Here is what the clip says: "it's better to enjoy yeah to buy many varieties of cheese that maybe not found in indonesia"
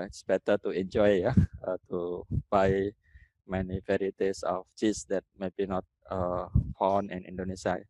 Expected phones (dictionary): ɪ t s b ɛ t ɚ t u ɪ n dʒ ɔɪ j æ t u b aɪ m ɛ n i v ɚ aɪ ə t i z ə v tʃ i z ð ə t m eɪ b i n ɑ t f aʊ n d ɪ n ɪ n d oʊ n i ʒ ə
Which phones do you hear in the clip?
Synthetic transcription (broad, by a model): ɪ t s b ɛ t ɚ t u ɪ n dʒ ɔɪ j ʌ t u b aɪ m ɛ n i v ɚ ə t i s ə f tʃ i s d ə t m eɪ b i n ɑ t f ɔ n ɪ n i n d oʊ n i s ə